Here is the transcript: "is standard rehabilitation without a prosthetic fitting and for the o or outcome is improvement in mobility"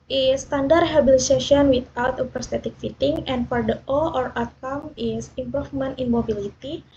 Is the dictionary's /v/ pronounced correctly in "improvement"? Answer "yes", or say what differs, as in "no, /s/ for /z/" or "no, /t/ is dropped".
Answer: no, /f/ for /v/